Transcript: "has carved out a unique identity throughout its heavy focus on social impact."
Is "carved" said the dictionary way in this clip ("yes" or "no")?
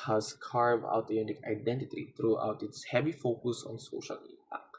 no